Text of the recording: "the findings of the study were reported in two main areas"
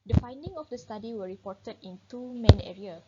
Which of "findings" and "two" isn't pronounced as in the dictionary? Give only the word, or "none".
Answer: findings